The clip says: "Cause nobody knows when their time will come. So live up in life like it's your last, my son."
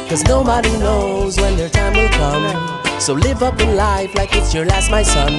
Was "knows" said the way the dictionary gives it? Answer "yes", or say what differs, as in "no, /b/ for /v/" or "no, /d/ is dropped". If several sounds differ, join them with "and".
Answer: yes